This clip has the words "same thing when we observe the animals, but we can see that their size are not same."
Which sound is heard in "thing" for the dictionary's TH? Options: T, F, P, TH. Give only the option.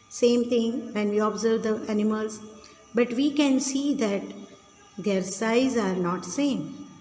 T